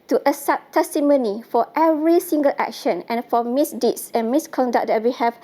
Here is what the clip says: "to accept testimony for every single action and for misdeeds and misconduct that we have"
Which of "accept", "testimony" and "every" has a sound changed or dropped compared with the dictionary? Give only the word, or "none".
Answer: accept